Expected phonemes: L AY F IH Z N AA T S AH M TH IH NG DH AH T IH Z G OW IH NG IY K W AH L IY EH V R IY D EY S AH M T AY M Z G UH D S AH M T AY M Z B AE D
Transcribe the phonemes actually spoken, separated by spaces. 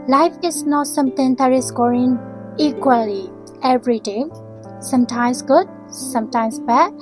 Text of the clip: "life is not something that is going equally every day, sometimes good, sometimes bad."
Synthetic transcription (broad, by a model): L AY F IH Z N AA T S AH M T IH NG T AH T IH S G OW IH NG IY K W AH L IY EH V R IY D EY S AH M T AY M S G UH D S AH M T AY M S B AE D